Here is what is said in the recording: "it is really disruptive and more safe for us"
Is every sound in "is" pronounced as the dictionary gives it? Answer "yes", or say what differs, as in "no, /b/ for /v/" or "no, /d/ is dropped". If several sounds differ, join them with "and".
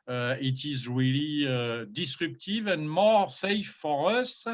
yes